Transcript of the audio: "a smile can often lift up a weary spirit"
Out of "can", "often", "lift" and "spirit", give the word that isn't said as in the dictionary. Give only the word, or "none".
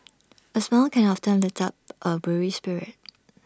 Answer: lift